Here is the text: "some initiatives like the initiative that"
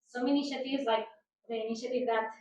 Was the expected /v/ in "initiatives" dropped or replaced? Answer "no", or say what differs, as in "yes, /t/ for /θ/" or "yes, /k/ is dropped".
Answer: yes, /v/ is dropped